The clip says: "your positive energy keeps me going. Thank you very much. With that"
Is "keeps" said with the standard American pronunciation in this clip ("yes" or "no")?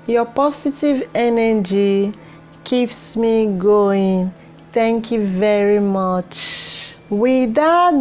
yes